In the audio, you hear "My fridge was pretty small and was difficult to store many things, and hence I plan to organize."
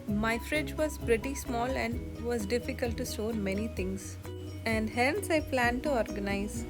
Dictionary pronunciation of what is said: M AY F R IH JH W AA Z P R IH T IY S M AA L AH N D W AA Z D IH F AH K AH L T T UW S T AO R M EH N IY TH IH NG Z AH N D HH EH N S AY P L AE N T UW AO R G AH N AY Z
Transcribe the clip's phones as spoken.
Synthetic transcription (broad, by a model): M AY F R IH JH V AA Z P R IH T IY S M AA L AH N D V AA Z D IH F AH K AH L T T UW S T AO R M EH N IY T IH NG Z AH N D HH EH N S AY P L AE N T UW AO R G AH N AY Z